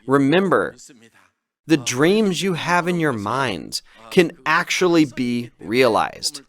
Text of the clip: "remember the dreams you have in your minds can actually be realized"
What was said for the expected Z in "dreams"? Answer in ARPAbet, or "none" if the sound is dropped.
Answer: Z